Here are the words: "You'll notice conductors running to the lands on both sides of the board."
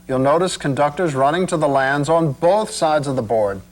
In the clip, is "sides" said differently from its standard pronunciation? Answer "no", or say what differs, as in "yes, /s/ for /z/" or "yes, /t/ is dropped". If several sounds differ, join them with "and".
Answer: no